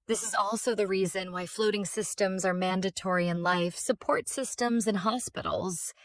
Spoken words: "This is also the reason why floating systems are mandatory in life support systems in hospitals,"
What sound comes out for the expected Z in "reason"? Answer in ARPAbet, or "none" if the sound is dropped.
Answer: Z